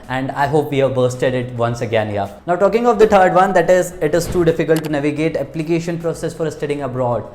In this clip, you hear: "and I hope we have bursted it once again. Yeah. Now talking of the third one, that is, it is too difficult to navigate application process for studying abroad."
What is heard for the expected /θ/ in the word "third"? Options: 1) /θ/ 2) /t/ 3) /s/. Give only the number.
2